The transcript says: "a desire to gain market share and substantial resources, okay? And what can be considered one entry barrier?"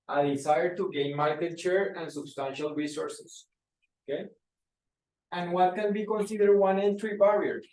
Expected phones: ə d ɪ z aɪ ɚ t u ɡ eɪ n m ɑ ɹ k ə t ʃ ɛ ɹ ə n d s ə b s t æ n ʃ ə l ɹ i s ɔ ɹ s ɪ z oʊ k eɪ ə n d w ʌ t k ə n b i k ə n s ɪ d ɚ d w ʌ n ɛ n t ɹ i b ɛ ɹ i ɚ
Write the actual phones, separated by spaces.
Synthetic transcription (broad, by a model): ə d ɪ s aɪ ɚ t u ɡ eɪ n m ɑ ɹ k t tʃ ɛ ɹ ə n s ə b s t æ n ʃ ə l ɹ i s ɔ ɹ s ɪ s oʊ k eɪ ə n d w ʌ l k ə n b i k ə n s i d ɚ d w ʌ n ɛ n t ɹ i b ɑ ɹ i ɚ